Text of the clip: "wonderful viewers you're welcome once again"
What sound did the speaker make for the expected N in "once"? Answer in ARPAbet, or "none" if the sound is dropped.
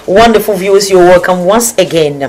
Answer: N